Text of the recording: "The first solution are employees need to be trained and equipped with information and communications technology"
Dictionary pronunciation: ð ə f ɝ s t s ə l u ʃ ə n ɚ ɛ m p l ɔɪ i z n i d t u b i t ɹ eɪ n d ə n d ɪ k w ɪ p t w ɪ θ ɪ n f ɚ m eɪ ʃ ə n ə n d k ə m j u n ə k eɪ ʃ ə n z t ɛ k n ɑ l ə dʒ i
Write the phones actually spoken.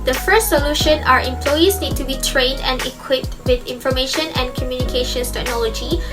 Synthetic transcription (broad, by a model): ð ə f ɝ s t s ə l u ʃ ə n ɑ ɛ m p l ɔɪ i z n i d t u b i t ɹ eɪ n d ə n d ɪ k w ɪ p t w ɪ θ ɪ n f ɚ m eɪ ʃ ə n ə n k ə m j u n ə k eɪ ʃ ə n s t ɛ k n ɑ l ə dʒ i